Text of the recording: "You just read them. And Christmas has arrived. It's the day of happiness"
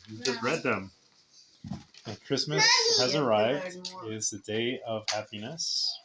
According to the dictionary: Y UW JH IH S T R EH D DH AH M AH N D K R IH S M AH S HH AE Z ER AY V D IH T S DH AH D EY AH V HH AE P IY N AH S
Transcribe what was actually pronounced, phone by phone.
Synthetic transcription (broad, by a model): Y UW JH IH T R EH D DH AH M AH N K R IH S M AH S HH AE Z ER AY V D IH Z DH AH D EY AH V HH AE P IY N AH S